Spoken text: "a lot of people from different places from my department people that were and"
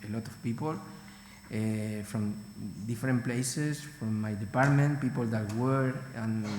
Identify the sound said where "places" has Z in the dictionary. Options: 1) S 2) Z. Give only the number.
1